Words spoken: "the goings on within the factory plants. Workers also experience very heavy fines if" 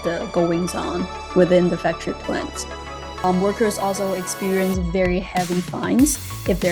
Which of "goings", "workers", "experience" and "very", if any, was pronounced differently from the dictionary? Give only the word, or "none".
none